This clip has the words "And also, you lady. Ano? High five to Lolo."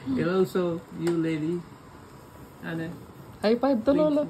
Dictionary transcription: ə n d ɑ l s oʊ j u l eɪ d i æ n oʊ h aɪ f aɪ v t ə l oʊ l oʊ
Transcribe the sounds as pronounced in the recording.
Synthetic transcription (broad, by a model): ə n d ɑ l s oʊ j u l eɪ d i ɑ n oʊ h aɪ p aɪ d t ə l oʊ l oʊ